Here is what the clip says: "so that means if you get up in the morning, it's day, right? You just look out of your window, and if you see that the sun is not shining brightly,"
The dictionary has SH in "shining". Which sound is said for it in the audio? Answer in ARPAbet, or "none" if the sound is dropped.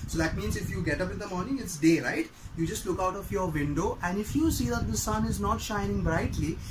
SH